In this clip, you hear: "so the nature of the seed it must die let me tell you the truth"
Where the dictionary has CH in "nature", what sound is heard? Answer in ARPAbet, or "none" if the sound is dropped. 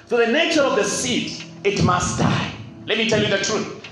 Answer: CH